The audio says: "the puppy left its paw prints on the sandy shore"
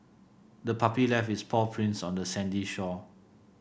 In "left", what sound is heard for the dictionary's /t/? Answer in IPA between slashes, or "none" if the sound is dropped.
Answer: none